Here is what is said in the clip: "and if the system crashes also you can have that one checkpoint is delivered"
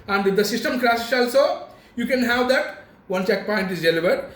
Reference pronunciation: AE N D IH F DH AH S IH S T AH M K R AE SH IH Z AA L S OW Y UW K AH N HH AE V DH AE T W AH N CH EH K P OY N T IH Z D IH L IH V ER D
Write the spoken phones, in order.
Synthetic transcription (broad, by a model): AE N D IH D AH S IH S T AH M K R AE S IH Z AA L S OW Y UW K AH N HH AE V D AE T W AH N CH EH K P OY N T IH Z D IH L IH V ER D